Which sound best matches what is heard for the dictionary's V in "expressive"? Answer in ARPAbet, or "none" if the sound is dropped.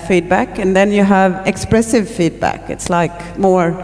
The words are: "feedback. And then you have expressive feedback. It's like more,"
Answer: V